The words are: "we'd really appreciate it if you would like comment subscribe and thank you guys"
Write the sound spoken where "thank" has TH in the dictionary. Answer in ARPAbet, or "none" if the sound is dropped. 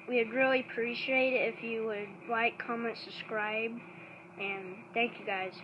TH